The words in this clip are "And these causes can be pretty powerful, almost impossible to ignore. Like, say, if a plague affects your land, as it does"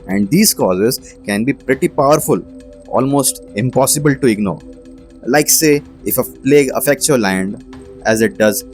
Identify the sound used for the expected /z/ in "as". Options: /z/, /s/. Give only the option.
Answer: /z/